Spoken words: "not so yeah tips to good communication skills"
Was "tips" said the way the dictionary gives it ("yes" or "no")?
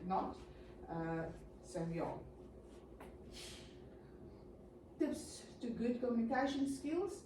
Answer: yes